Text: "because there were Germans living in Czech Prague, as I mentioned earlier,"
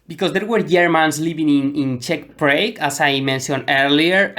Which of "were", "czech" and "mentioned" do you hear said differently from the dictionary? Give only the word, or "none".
mentioned